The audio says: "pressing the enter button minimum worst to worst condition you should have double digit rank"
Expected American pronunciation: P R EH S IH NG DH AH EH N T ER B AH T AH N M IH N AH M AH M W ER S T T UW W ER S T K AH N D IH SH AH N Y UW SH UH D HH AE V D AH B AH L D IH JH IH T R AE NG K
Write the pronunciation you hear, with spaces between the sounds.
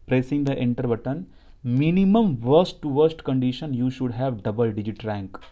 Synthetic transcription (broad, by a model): P R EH S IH NG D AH EH N T ER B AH T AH N M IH N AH M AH M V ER S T T UW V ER S T K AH N D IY SH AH N Y UW SH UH D HH AE V D AH B AH L D IH JH IH T R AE NG K